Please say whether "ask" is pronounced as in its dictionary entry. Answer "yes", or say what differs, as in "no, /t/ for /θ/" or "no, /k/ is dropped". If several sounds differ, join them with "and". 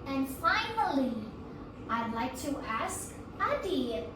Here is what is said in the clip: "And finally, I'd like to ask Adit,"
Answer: yes